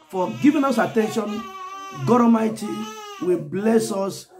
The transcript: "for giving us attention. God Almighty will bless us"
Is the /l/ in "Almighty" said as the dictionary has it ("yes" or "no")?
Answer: no